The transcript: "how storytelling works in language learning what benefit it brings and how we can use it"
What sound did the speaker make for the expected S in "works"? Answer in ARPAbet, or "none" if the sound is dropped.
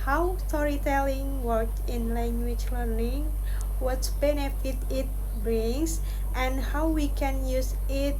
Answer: none